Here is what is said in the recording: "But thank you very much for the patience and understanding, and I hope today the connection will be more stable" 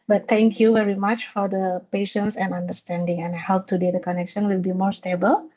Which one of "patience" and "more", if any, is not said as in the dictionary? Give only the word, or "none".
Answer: none